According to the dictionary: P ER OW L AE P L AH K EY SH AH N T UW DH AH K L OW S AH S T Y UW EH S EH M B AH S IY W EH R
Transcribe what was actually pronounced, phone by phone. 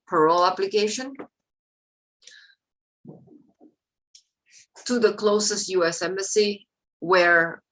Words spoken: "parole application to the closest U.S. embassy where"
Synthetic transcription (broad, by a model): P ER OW L AE P L AH K EY SH AH N T UW DH AH K L OW S AH S T Y UW EH S EH M AH S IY W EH R